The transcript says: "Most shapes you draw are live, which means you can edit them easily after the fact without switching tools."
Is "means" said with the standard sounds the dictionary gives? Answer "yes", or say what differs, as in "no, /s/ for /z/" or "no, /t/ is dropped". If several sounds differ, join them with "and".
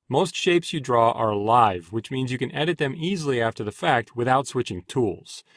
yes